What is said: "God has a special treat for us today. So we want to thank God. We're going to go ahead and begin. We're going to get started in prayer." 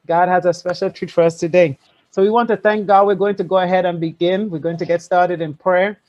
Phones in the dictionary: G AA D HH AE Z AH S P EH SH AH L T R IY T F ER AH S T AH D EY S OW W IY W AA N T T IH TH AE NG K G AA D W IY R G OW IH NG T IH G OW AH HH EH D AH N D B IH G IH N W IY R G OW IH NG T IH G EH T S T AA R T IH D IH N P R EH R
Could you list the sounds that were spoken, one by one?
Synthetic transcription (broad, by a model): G AA D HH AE Z AH S P EH SH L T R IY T F ER AH S T AH D EY S OW W IY W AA N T T IH TH AE NG K G AA D W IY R G OW IH NG T IH G OW AH HH EH D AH N B IH G IH N W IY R G OW IH NG T IH G EH T S T AA R T IH D IH N P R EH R